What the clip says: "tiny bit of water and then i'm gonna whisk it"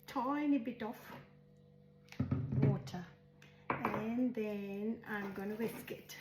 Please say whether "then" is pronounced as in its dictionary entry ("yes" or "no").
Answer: yes